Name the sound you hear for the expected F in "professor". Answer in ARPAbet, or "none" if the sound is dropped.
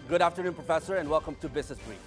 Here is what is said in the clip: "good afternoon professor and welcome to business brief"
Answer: F